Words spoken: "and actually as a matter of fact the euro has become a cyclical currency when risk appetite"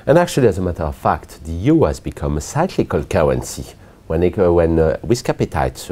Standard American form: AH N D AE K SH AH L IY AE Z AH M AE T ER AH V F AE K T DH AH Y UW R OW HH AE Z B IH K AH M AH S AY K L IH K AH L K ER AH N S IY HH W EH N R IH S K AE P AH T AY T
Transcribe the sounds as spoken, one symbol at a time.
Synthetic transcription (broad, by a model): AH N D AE K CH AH L IY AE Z AH M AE T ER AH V F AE K T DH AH Y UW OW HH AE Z B IH K AH M AH S AY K L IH K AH L K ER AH N S IY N W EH N W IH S K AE P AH T AY T